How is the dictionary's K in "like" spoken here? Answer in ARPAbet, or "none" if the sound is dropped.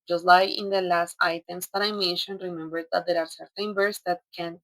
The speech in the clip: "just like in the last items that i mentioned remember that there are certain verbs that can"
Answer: none